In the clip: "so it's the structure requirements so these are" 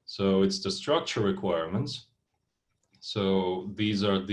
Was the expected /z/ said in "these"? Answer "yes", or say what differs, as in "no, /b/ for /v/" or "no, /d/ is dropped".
yes